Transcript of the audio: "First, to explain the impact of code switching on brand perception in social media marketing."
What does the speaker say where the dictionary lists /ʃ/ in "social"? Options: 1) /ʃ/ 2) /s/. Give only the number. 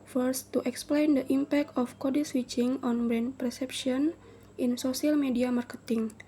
2